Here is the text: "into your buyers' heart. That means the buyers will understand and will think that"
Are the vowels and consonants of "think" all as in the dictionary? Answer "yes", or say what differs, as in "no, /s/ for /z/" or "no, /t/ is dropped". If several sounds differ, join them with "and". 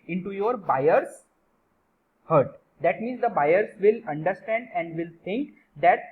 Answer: no, /t/ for /θ/